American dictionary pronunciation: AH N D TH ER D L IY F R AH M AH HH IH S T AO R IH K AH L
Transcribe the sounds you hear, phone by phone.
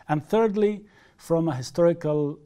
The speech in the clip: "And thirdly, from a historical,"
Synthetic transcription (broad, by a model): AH N TH ER D L IY F R AH M AH HH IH S T AO R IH K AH L